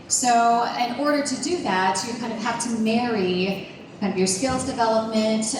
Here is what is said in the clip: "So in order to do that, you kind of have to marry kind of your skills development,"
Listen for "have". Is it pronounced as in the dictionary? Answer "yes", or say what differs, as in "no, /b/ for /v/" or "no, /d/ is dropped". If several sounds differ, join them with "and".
no, /f/ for /v/